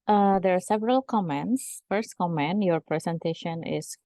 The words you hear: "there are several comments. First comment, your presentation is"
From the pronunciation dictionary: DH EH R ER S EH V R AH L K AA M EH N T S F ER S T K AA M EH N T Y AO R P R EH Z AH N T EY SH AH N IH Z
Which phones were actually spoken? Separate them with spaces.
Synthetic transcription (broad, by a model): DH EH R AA S EH V R AH L K AA M EH N T S F ER S T K AA M EH N T Y AO R P R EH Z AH N T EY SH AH N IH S